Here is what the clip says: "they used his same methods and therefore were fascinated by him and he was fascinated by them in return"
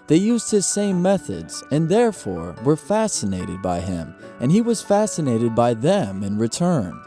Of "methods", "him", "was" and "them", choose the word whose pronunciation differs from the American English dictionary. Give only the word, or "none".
none